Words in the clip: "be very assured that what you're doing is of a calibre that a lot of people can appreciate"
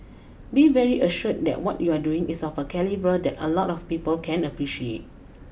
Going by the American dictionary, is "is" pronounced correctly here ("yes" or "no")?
no